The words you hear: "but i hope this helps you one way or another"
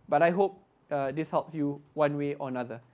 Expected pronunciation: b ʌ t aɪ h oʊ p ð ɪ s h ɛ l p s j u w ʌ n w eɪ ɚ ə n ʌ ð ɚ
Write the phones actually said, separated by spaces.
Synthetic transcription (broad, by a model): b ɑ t aɪ h oʊ p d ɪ s h ɛ l p s j u w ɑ n w eɪ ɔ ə n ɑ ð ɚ